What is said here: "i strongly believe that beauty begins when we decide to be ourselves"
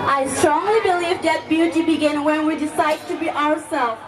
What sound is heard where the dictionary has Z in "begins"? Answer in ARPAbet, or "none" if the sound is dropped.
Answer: none